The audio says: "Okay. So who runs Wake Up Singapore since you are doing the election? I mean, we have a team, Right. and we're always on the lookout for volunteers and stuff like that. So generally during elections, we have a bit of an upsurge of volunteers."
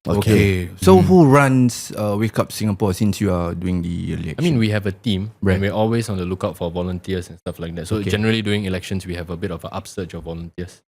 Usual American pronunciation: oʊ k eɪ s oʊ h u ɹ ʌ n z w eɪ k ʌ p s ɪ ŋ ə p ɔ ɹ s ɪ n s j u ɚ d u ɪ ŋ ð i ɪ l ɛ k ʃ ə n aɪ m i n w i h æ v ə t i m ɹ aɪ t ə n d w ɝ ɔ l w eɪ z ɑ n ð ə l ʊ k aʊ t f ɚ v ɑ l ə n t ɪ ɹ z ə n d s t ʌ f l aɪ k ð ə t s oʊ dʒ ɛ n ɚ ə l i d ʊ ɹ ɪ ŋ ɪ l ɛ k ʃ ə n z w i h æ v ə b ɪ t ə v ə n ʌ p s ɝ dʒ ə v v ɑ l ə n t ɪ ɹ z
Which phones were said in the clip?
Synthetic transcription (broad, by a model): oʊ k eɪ s oʊ h u ɹ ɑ n s w eɪ k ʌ p s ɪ ŋ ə p ɔ s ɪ n s j u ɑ d u ɪ ŋ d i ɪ l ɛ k ə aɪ m i n w i h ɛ v ə t i m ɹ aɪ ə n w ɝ ɔ l w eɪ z ɑ n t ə l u k aʊ t f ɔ v ɑ l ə n t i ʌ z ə n s t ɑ f l aɪ k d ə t s oʊ dʒ ɛ n ɚ ə l i d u ɪ ŋ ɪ l ɛ k ʃ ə n s w i h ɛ v ə b ɪ t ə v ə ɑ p s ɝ tʃ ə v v ɑ l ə n t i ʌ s